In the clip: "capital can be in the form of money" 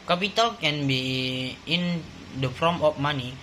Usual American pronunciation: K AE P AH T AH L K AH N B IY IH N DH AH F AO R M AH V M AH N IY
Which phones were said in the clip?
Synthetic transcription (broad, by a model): K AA P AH T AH L K AH N B IY IH N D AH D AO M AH P M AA N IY